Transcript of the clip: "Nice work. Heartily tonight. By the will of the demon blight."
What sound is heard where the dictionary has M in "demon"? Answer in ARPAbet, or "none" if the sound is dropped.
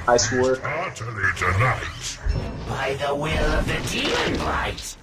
none